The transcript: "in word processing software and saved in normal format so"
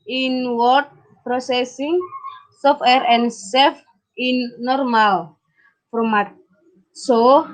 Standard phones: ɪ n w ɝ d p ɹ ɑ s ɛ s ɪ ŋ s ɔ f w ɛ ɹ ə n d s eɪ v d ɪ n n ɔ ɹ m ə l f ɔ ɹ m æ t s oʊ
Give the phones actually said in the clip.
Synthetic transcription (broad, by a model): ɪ n w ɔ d p ɹ ɑ s ɛ s ɪ ŋ s ɔ f w ɛ ɹ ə n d s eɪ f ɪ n n ɔ ɹ m ə l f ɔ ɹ m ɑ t s oʊ